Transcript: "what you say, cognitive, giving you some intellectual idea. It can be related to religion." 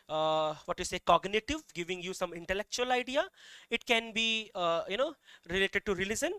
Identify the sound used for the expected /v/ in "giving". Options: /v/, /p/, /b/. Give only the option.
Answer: /v/